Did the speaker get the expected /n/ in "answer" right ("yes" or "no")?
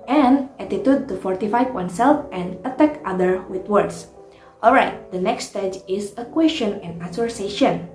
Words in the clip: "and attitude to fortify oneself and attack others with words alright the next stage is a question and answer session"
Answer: no